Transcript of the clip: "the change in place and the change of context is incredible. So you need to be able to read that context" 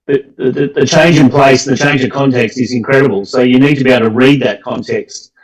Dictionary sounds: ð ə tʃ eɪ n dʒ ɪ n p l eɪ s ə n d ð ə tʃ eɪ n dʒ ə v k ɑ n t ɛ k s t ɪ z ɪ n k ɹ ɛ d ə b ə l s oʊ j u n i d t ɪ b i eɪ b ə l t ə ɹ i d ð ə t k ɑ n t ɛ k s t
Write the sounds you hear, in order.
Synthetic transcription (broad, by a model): ð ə tʃ eɪ n dʒ ɪ n p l eɪ ə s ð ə tʃ eɪ n dʒ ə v k ɑ n t ɛ k s t ɪ z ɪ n k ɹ ɛ d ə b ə l s oʊ j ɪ n i d t ɪ b i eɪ ə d t ə ɹ i d ð ə t k ɑ n t ɛ k s t